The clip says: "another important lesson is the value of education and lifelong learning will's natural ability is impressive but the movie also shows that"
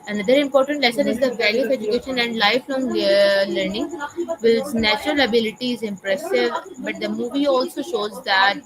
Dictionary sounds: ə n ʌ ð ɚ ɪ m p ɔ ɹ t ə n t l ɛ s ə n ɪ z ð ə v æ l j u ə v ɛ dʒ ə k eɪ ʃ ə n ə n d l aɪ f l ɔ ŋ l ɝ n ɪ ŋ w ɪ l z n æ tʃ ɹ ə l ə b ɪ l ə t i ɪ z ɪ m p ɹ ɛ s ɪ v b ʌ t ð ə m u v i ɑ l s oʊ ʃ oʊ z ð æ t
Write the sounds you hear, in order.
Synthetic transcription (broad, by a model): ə n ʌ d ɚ ɪ m p ɔ ɹ t ə n t l ɛ s ə n ɪ z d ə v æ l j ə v ɛ dʒ ə k eɪ ʃ ə n ə n d l aɪ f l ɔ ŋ l ɝ n ɪ ŋ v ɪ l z n æ tʃ ɹ ə l ə b ɪ l ə t i ɪ z ɪ m p ɹ ɛ s ɪ v b ʌ t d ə m u v i ɑ l s oʊ ʃ oʊ z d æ t